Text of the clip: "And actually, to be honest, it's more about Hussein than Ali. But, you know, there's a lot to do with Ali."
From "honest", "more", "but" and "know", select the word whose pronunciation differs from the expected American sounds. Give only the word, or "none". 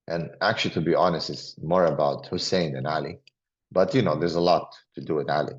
none